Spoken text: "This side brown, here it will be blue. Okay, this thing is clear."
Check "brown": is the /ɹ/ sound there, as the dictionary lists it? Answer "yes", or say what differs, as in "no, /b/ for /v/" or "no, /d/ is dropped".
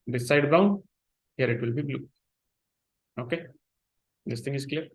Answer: no, /ɹ/ is dropped